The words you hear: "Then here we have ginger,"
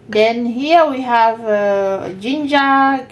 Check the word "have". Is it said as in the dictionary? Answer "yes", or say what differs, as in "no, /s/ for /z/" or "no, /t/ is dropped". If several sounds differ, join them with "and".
yes